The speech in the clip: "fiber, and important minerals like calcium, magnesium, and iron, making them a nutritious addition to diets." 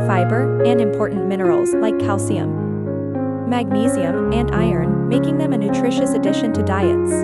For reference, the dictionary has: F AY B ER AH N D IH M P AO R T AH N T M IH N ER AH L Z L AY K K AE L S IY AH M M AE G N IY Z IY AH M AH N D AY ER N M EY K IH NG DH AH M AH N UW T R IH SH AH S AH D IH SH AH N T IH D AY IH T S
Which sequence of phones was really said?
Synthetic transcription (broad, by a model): F AY B ER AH N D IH M P AO R T N M IH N ER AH L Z L AY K K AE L S IY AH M M AE G N IY Z IY AH M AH N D AY ER N M EY K IH NG DH AH M AH N UW T R IH SH AH S AH D IH SH AH N T IH D AY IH T S